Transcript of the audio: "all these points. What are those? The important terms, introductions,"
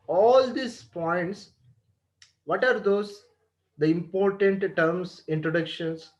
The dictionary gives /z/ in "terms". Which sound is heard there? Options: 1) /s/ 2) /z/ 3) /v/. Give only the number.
1